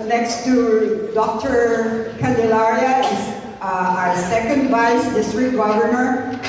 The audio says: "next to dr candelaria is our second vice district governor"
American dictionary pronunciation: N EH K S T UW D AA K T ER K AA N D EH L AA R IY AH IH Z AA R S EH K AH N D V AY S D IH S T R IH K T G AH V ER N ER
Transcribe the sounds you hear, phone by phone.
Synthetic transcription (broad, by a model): N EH K S T UW D AA K T ER K AA N D EH L AA R IY AH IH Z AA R S EH K AH N D V AY S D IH S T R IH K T G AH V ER N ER